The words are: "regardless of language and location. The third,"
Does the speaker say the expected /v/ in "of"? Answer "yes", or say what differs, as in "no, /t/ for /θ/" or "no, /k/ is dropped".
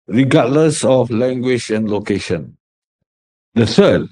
no, /f/ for /v/